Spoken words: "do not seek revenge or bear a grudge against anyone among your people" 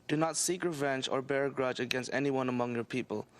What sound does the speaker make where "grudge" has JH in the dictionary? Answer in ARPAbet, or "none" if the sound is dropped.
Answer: JH